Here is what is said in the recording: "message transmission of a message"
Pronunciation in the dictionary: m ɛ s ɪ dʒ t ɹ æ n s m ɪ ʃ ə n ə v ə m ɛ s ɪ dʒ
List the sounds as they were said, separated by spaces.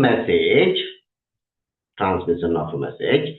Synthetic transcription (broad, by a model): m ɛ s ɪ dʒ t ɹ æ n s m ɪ s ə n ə f ə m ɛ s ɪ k